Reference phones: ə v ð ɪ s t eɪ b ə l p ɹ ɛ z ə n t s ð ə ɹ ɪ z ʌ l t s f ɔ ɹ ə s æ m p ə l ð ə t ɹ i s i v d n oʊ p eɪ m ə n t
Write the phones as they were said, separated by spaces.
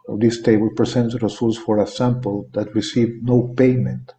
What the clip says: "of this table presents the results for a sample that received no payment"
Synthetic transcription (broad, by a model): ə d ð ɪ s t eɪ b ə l p ɹ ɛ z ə n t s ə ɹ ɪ s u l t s f ɔ ɹ ə s æ m p ə l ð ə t ɹ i s i v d n oʊ p eɪ m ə n t